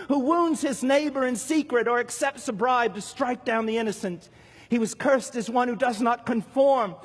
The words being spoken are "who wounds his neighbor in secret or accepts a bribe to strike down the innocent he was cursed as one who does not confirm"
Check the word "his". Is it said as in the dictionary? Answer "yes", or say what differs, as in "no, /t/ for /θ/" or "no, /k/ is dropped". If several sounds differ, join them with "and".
yes